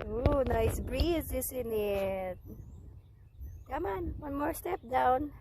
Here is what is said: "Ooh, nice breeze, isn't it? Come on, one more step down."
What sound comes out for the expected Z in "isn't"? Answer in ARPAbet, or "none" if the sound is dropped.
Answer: S